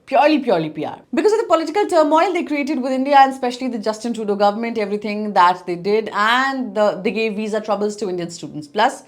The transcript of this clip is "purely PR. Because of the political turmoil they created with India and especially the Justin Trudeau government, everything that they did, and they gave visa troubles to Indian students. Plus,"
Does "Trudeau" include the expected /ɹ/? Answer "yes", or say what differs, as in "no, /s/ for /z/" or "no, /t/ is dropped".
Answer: no, /ɹ/ is dropped